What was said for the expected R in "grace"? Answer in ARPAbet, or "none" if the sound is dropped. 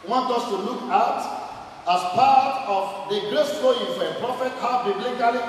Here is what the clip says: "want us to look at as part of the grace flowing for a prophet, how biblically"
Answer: L